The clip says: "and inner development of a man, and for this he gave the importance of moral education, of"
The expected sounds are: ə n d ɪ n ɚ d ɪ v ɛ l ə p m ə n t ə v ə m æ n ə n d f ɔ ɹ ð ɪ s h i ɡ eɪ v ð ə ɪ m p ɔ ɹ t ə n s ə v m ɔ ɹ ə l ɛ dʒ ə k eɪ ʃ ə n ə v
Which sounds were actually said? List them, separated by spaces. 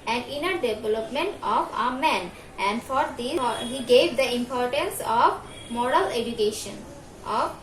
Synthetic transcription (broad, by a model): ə n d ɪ n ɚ d ɪ v ɛ l ə p m ə n t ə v ə m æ n ə n d f ɔ ɹ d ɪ h i ɡ eɪ v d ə ɪ m p ɔ ɹ t ə n s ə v m ɔ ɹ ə l ɛ dʒ ə k eɪ ʃ ə n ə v